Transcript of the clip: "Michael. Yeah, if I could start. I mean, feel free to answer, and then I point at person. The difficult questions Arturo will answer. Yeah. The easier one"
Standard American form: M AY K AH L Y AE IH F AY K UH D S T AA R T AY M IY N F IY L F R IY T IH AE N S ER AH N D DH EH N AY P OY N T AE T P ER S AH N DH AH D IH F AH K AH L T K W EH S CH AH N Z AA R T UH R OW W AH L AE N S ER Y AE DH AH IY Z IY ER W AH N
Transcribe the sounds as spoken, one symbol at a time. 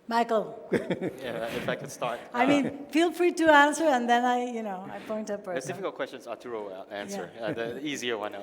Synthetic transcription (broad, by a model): M AY K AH L Y AE IH F AY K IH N S T AA R T AY M IY N F IY L F R IY T IH AE N S ER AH N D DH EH N AY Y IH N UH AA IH P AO AH N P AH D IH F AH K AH L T K W EH S CH AH N Z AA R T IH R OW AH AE N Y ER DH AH IY Z IY ER W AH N